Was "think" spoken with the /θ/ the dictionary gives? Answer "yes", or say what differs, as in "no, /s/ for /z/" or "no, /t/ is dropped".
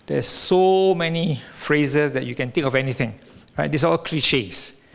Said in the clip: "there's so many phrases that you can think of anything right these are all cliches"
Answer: no, /t/ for /θ/